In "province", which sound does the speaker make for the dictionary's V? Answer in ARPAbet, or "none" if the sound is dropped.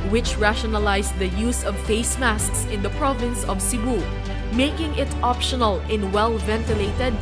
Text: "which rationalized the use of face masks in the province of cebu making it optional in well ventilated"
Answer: V